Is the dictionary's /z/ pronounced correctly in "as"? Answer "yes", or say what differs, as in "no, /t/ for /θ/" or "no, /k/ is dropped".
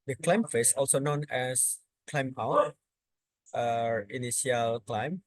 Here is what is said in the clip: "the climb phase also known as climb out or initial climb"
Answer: no, /s/ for /z/